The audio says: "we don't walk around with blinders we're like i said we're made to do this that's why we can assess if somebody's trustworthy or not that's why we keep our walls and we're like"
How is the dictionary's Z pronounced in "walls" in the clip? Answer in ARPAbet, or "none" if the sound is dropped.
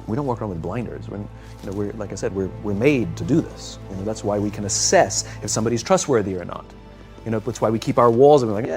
Z